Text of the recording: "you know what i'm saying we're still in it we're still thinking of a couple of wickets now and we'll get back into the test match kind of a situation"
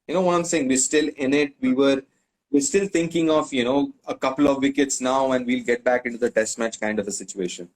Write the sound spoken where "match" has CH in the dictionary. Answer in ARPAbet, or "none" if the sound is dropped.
CH